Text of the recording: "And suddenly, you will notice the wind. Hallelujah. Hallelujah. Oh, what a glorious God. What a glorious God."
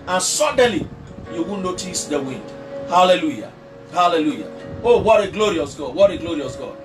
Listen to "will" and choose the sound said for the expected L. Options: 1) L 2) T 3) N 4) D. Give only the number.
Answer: 3